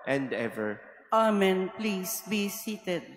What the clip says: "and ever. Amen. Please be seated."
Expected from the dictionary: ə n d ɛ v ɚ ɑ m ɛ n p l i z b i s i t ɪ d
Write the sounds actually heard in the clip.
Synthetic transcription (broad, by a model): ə n d ɛ v ɚ ɑ m ɛ n p l i s b i s i t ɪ d